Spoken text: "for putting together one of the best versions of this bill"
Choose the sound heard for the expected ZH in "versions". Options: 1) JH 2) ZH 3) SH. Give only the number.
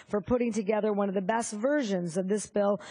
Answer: 2